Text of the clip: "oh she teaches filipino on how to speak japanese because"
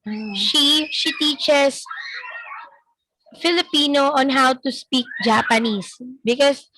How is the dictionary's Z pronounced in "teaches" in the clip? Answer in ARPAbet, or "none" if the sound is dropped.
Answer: S